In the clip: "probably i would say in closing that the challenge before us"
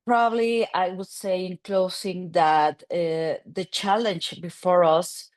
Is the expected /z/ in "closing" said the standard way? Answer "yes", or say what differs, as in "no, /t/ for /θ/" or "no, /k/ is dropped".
no, /s/ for /z/